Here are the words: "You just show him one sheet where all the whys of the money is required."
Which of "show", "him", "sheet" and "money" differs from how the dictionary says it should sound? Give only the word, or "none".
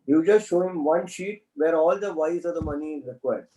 none